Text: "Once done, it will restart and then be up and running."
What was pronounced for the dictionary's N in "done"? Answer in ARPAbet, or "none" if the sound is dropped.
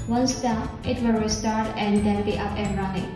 none